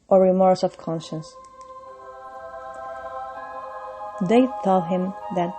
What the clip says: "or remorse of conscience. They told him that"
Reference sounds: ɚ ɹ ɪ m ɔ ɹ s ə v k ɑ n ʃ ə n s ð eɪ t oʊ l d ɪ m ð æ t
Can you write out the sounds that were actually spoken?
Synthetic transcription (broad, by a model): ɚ ɹ ɪ m ɔ ɹ s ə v k ɑ n ʃ ə n s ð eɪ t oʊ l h ɪ m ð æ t